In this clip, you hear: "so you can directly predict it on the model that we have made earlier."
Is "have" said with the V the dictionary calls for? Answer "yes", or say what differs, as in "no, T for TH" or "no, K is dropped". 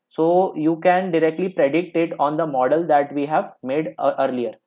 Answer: yes